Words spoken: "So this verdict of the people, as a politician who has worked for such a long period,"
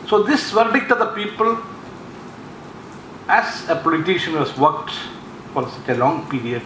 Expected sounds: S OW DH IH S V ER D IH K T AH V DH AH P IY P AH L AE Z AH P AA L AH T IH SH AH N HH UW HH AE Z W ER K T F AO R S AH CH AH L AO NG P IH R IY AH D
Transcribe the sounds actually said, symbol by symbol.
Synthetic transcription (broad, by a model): S OW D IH S V ER D IH K T AH V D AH P IY P AH L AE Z AH P AA L AH T IH SH AH N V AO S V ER K T F AO R S AH CH AH L AO NG P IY R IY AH D